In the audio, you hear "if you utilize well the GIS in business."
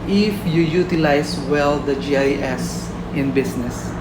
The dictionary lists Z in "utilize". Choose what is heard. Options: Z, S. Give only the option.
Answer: S